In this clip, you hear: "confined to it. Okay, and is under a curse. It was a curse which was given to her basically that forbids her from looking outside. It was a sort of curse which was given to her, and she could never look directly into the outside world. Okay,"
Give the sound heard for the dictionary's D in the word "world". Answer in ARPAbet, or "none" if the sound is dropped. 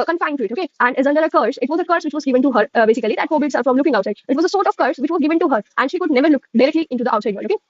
none